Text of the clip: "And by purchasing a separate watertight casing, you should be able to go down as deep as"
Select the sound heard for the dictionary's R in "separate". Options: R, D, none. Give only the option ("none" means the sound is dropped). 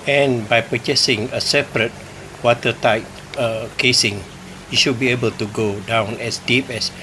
R